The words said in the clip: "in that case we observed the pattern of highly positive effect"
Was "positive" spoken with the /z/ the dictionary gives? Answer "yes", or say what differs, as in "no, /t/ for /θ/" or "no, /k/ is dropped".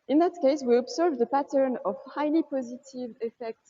yes